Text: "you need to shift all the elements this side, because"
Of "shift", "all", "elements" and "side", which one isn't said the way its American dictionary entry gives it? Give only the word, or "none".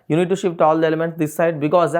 shift